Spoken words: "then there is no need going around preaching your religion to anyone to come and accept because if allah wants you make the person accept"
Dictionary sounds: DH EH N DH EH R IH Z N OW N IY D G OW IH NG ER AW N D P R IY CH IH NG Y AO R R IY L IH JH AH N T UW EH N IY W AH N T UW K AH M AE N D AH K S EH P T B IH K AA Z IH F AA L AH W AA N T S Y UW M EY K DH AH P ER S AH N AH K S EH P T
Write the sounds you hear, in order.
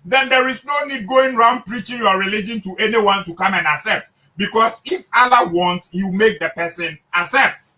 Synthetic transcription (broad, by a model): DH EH N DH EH R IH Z N OW N IY D G OW IH NG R AW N D P R IY CH IH NG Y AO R R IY L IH JH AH N T UW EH N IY W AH N T UW K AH M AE N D AH K S EH P T B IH K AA S IH F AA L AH W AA N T Y UW M EY K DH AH P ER S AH N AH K S EH P T